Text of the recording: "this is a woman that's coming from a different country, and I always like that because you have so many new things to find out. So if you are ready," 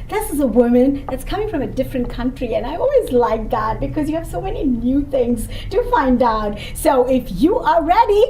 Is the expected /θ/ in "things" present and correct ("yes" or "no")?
yes